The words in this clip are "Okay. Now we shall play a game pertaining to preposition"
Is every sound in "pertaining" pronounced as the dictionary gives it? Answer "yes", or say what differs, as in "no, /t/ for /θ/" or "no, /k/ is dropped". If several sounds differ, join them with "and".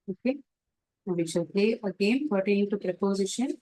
no, /n/ is dropped